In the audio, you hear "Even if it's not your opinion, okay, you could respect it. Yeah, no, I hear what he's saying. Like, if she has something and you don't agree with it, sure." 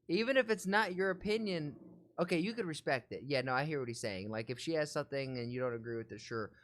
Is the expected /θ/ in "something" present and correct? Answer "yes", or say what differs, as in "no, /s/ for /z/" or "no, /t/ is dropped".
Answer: yes